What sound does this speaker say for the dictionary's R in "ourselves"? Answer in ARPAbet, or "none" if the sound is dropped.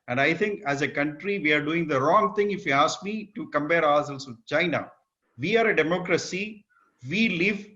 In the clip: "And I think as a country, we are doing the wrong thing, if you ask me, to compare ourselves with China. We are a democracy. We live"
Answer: L